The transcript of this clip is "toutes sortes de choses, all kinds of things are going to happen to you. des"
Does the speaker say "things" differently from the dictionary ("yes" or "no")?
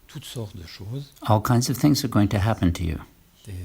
no